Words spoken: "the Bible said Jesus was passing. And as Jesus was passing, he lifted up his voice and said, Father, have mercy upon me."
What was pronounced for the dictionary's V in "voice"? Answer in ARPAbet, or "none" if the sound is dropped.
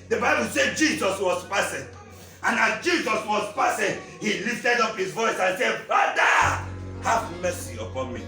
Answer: V